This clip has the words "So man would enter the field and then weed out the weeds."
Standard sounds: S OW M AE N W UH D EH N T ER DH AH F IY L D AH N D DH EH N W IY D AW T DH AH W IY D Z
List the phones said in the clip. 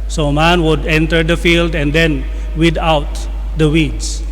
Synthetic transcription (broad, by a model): S OW M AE N W UH D EH N T ER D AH F IY L D AH N D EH N W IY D AW T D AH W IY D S